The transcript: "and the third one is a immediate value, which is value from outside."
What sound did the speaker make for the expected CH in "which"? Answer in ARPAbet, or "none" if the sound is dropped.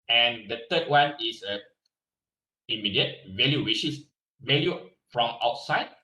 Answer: SH